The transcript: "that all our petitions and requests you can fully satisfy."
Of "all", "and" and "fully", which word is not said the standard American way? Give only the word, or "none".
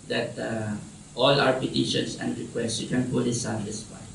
fully